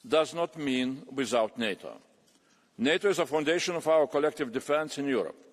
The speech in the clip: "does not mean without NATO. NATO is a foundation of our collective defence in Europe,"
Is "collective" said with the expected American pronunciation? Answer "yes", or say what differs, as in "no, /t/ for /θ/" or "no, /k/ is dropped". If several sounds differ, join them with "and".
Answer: yes